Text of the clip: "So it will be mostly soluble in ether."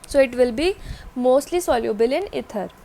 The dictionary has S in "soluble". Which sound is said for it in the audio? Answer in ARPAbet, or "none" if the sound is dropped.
S